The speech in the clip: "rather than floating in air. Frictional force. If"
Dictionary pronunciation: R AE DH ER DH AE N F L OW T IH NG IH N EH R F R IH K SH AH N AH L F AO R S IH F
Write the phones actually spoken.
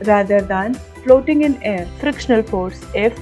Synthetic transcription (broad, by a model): R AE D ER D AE N F L OW T IH NG IH N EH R F R IH K SH AH N AH L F AO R S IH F